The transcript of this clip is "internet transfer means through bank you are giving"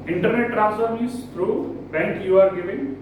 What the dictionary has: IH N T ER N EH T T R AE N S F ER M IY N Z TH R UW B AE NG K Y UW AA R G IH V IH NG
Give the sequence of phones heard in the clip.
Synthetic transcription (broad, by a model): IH N T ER N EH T T R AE S ER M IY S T R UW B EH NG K Y UW AA R G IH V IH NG